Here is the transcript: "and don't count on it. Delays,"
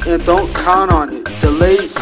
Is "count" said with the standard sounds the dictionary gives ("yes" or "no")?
no